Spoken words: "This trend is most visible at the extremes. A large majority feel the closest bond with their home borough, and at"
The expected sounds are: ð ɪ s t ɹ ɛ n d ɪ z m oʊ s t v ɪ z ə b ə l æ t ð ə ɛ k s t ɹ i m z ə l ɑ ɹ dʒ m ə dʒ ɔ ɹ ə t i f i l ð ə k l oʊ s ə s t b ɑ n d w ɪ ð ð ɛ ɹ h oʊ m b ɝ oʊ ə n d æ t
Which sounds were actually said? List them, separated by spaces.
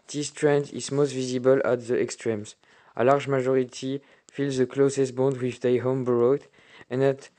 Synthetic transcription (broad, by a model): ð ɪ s t ɹ ɛ n d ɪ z m oʊ s t v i z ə b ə l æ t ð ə ɛ k s t ɹ i m z ə l ɑ ɹ dʒ m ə ʒ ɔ ɹ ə t i f i l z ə k l oʊ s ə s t b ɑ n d w ɪ ð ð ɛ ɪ h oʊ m b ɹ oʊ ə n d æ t